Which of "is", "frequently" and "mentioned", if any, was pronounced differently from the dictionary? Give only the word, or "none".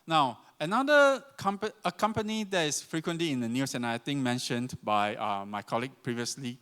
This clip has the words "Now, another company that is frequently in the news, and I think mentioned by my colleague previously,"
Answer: is